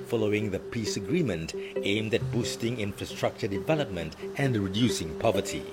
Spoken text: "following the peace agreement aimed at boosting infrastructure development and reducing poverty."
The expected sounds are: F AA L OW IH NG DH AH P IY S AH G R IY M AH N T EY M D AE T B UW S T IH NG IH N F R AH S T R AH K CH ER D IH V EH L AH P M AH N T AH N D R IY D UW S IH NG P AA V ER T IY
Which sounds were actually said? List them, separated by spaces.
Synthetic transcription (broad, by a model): F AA L OW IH NG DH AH P IY S AH G R IY M AH N T EY M D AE T B UW S T IH NG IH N F R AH S T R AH K CH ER D IH V EH L AH P M AH N T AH N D R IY D UW S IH NG P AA V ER T IY